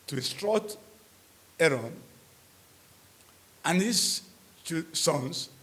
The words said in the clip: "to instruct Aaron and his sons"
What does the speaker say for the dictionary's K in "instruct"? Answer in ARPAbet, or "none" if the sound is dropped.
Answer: none